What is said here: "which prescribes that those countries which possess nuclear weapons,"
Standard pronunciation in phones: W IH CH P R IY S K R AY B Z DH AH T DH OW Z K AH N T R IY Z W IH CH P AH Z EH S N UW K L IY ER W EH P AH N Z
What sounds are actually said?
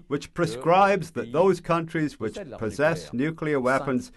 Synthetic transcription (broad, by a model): W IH CH P R IY S K R AY B Z DH AH T DH OW Z K AH N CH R IY Z W IH CH P AH Z EH S N UW K L IY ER W EH P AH N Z